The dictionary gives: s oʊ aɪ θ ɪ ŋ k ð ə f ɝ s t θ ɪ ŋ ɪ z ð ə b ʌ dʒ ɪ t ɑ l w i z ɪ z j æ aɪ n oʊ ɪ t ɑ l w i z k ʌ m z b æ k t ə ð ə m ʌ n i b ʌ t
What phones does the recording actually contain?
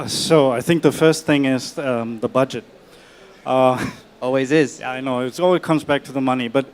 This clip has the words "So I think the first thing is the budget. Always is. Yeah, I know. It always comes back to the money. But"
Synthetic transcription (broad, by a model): s oʊ aɪ θ ɪ ŋ k ð ə f ɝ s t θ ɪ ŋ ɪ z ð ə b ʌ dʒ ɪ t ɑ l w i z ɪ z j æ aɪ n oʊ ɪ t ɑ l w i z k ʌ m z b æ k t ə ð ə m ʌ n i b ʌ t